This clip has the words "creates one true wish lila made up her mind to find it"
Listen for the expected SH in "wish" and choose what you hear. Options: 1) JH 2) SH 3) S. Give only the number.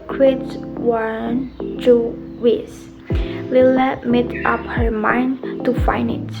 3